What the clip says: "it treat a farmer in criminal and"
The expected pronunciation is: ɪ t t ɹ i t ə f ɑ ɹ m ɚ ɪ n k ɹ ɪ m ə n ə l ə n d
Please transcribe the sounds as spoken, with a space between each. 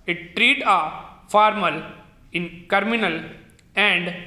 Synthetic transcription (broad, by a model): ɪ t t ɹ i t ə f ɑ ɹ m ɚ ɪ n k ɹ m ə n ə l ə n d